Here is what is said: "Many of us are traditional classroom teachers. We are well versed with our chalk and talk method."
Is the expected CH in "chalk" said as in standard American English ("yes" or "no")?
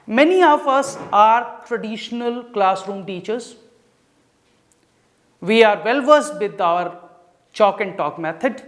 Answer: yes